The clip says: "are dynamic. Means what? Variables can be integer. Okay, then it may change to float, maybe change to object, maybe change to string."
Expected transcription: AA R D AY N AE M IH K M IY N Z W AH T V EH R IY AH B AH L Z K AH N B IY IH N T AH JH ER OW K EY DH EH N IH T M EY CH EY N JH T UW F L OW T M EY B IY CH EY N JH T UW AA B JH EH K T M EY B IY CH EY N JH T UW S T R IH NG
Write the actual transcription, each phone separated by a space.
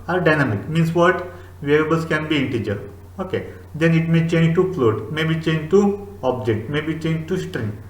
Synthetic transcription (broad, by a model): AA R D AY N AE M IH K M IY N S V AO T V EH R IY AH B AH L S K AH N B IY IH N T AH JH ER OW K EY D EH N IH T M EY CH EY N JH T UW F L OW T M EY B IY CH EY N JH T UW AA B JH EH K T M EY B IY CH EY N JH T UW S T R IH NG